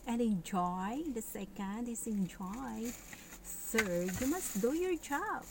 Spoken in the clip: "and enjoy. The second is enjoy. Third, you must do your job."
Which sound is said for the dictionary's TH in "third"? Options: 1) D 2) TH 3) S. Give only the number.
3